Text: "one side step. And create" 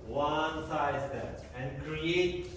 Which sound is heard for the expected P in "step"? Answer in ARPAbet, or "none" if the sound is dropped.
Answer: none